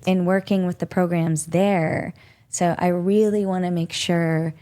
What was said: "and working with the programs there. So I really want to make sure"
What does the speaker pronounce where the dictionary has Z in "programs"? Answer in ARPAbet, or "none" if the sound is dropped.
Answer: Z